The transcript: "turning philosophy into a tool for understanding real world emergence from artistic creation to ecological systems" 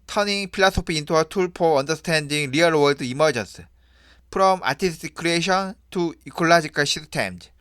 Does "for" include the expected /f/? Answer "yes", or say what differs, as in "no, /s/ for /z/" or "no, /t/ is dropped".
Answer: no, /p/ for /f/